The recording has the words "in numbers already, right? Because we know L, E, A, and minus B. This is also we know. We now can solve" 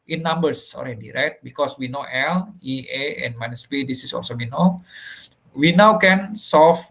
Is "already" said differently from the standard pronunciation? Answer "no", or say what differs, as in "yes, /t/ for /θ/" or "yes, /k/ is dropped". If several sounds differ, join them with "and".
yes, /l/ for /ɹ/